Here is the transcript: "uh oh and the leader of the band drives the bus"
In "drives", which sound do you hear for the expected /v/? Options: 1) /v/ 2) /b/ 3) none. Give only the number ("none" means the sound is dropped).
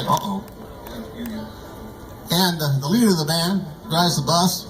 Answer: 3